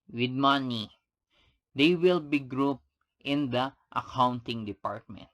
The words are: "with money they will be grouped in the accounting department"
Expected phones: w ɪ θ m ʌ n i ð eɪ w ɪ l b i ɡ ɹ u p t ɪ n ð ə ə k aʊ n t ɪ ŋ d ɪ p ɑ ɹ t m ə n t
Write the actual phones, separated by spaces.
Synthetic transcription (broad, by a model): w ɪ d m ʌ n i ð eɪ w ɪ l b i ɡ ɹ u p t ɪ n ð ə ə k aʊ n t ɪ ŋ d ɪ p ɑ ɹ t m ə n t